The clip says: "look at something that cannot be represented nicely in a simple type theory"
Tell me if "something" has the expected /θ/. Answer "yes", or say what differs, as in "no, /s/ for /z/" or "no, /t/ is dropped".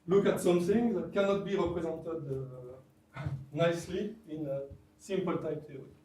no, /s/ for /θ/